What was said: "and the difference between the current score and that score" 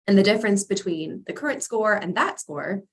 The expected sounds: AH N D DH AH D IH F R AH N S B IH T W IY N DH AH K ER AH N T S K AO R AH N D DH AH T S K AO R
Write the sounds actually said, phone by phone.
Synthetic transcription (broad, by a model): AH N DH AH D IH F R AH N S B IH T W IY N DH AH K ER AH N T S K AO R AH N DH AH T S K AO R